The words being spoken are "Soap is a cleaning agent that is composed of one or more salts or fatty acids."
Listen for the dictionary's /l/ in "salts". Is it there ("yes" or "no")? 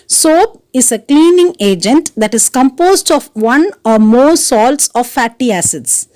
yes